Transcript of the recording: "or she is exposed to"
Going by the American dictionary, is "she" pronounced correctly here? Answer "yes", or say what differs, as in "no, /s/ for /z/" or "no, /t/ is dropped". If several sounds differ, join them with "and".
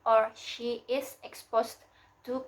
yes